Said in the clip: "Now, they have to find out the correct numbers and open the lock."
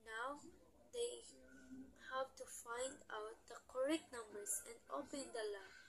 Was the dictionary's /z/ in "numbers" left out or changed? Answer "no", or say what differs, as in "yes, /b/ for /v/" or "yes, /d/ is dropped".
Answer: yes, /s/ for /z/